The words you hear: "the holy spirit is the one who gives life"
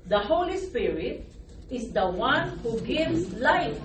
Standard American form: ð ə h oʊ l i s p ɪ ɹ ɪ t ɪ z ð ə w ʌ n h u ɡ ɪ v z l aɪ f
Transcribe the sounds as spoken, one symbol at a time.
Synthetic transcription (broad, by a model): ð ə h oʊ l i s p ɪ ɹ ɪ t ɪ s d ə w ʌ n h u ɡ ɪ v s l aɪ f